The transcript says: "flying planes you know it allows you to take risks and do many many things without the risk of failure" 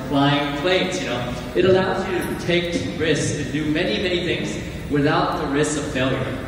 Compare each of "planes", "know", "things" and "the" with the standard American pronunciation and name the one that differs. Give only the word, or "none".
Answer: planes